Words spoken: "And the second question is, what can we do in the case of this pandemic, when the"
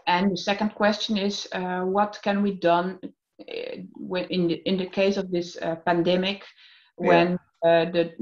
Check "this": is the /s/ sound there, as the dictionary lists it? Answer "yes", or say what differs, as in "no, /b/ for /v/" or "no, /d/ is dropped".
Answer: yes